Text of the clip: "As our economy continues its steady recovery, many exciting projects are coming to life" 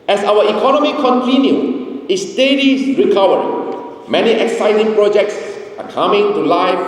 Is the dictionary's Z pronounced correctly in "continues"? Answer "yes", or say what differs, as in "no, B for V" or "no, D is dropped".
no, Z is dropped